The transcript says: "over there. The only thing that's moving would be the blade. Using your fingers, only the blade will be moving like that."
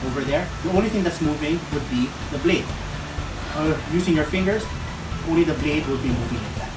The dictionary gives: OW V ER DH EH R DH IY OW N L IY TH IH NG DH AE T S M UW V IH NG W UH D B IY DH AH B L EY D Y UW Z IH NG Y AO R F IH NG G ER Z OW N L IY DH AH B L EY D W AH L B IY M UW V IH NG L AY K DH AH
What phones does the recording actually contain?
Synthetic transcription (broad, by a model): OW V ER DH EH R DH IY OW N L IY T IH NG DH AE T S M UW V IH NG W UH D B IY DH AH B L EY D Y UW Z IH NG Y AO R F IH NG G ER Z OW N L IY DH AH B L EY D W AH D B IY M UW V IH NG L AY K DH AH